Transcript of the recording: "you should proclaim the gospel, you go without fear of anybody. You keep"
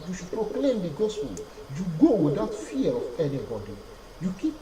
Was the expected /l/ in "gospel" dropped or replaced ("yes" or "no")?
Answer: yes